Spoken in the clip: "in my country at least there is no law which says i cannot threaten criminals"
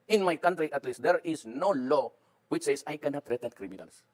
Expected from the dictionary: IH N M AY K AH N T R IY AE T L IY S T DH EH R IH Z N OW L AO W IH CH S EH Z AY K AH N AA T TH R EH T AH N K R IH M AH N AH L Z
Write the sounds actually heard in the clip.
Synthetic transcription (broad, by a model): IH N M AY K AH N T R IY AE T L IY S T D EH R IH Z N OW L AO W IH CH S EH S AY K AH N AA T R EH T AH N K R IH M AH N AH L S